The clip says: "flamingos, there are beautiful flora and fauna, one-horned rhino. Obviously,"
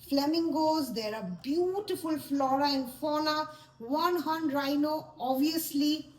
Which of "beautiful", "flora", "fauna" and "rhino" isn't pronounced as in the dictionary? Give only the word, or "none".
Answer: fauna